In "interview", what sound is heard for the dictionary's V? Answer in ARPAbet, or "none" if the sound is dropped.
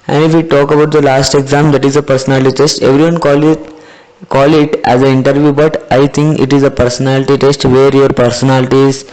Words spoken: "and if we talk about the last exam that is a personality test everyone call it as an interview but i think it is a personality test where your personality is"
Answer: V